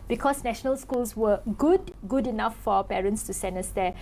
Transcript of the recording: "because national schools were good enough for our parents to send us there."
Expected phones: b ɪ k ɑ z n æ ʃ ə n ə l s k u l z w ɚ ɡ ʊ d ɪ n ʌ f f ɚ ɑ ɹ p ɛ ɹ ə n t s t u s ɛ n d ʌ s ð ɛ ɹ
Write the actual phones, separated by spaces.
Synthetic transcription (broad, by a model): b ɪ k ɑ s n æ ʃ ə n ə l s k u l s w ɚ ɡ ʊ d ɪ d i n f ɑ p ɛ ɹ ə n t s t u s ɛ n ʌ s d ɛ